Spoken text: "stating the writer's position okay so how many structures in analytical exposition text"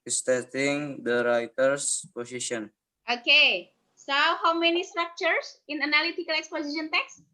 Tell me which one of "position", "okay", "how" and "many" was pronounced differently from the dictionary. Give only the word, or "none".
position